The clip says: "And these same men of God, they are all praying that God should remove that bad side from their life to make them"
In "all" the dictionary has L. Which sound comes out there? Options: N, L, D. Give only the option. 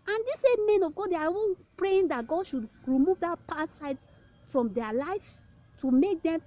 N